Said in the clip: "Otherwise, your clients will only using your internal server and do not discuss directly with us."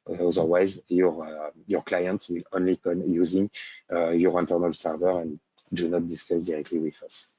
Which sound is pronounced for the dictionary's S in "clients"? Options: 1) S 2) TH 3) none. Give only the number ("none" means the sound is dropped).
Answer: 1